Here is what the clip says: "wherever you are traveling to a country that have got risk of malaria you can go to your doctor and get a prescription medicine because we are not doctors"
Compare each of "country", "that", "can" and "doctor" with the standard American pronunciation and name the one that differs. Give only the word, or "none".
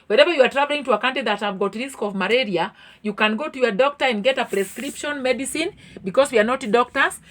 country